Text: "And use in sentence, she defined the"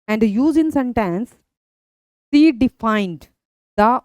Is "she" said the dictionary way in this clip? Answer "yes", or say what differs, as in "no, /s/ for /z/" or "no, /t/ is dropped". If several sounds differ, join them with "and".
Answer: no, /s/ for /ʃ/